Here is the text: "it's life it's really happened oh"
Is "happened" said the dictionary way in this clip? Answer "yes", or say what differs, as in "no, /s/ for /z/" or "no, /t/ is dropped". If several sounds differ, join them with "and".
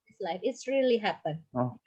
no, /d/ is dropped